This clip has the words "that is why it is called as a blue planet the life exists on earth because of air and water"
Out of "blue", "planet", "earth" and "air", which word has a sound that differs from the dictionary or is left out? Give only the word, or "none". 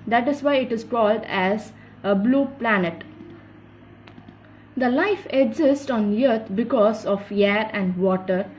earth